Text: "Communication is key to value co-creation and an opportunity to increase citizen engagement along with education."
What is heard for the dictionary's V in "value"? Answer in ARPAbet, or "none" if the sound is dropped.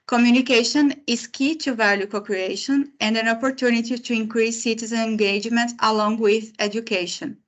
V